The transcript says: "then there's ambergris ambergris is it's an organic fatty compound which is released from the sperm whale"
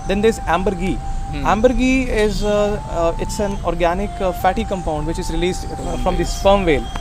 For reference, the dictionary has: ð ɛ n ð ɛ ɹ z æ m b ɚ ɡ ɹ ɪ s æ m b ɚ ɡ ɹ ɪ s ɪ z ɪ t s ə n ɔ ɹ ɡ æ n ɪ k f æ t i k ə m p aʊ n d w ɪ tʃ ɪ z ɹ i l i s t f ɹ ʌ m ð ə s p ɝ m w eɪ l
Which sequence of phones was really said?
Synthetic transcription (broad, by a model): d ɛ n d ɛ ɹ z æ m b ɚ ɡ ɪ æ m b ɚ ɡ ɪ ɪ z ɪ t s ə n ɔ ɹ ɡ æ n ɪ k f æ t i k ə m p aʊ n d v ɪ tʃ ɪ z ɹ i l i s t f ɹ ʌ m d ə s f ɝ m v eɪ l